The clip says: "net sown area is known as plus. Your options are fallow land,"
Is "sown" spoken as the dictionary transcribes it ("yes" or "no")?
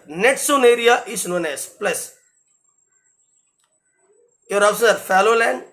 yes